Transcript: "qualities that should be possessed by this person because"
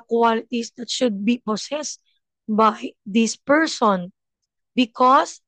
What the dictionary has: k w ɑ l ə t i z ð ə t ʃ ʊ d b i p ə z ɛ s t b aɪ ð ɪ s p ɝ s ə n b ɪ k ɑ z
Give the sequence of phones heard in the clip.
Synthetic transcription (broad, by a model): k w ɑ l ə t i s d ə t ʃ ʊ d b i p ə s ɛ s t b aɪ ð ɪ s p ɝ s ə n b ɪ k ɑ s